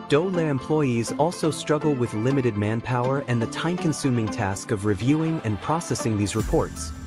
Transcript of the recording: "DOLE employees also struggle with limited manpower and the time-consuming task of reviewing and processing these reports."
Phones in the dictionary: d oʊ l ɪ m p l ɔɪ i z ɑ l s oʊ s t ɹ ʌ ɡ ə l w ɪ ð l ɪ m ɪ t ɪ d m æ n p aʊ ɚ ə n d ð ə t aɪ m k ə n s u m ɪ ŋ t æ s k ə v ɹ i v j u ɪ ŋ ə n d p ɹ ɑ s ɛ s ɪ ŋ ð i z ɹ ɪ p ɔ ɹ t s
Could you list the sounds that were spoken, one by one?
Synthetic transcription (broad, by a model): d oʊ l ɪ m p l ɔɪ i z ɑ l s oʊ s t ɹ ʌ ɡ l w ɪ ð l ɪ m ɪ t ɪ d m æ n p aʊ ɚ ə n ð ə t aɪ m k ə n s u m ɪ ŋ t æ s k ə v ɹ i v j u ɪ ŋ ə n p ɹ ɑ s ɛ s ɪ ŋ ð i z ɹ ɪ p ɔ ɹ t s